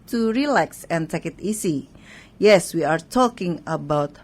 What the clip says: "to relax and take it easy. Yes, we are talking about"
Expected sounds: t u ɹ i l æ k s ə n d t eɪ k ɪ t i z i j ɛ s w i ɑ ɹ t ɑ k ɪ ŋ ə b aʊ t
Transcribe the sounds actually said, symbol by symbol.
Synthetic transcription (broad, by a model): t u ɹ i l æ k s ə n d t eɪ k ɪ t i s i j ɛ s w i ɑ ɹ t ɑ k ɪ ŋ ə b aʊ t